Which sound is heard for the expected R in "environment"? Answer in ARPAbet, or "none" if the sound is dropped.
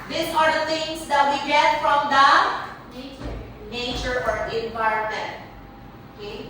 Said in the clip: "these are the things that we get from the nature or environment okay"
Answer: none